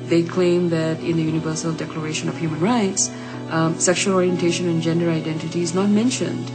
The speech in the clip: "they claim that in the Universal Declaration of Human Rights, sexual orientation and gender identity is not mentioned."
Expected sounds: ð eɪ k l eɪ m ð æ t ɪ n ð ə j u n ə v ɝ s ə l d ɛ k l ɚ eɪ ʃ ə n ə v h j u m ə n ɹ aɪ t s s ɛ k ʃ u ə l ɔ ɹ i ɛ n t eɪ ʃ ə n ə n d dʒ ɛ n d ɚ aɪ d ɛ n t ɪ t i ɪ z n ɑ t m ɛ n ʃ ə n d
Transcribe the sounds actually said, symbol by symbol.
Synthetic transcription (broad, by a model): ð eɪ k l eɪ m ð æ t ɪ n ð ə j u n ə v ɝ s ə l d ɛ k l ɚ eɪ ʃ ə n ə v h j u m ə n ɹ aɪ t s s ɛ k ʃ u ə l ɔ ɹ i ɛ n t eɪ ʃ ə n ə n dʒ ɛ n d ɚ aɪ d ɛ n t ɪ t i ɪ z n ɑ t m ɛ n ʃ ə n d